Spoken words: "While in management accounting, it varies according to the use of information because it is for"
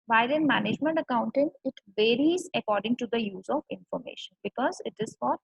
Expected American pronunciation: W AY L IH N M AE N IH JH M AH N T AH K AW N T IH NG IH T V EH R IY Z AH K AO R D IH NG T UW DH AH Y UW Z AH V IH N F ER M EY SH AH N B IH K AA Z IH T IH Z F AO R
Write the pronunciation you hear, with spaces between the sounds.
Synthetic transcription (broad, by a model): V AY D IH N M AE N IH JH M AH N T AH K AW N T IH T IH T V EH R IY Z AH K AO R D IH NG T UW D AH Y UW Z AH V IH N F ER M EY SH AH N B IH K AA Z IH T IH Z F AO R